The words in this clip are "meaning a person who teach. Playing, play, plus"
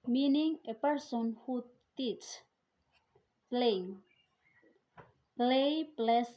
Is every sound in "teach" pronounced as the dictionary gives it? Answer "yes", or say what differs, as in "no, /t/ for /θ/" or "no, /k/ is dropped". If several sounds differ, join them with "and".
no, /s/ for /tʃ/